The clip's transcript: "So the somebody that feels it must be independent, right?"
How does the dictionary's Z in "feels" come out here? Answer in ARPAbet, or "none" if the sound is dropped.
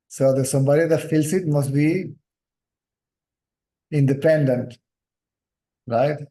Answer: S